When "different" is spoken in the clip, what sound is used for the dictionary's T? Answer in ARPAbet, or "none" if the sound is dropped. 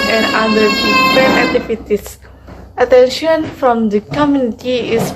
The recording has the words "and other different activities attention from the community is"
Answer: none